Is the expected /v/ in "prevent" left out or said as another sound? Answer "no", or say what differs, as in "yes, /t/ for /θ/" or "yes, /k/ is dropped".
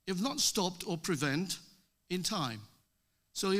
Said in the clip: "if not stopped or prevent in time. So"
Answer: no